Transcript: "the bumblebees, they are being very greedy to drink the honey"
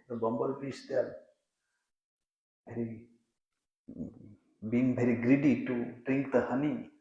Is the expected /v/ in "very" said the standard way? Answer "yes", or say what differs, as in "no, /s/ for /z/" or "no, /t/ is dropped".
no, /b/ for /v/